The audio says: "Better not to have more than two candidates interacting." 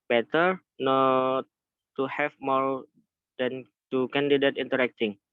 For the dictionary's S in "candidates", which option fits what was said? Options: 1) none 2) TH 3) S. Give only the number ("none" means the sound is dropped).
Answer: 1